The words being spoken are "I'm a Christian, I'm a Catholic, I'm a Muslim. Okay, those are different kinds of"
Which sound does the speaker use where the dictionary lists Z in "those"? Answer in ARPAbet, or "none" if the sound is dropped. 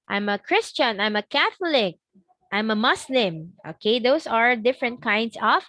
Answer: S